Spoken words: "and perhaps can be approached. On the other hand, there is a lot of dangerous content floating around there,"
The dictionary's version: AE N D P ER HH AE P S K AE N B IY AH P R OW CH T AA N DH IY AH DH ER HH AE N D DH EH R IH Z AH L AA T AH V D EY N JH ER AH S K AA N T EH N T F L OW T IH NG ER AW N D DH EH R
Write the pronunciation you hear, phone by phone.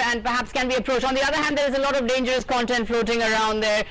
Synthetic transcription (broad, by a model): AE N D P ER HH AE P S K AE N B IY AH P R OW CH AA N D IY AH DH ER HH AE N D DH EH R IH Z AH L AA T AH V D EY N JH ER AH S K AA N T EH N T F L OW T IH NG ER AW N D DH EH R